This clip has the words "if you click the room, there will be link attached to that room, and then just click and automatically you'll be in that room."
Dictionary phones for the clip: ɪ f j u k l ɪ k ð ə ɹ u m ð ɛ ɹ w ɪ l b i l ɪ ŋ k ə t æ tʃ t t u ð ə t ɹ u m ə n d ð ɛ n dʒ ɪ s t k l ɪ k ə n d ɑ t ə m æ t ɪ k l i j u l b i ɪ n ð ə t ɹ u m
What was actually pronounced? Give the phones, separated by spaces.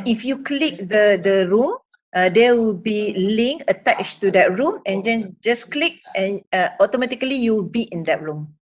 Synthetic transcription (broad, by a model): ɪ f j u k l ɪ k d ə ɹ u m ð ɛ w ɪ l b i l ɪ ŋ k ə t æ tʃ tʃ t u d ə t ɹ u m ə n d ɛ n dʒ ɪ s k l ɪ k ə n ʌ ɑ t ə m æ t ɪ k l i j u w b i ɪ n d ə t ɹ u m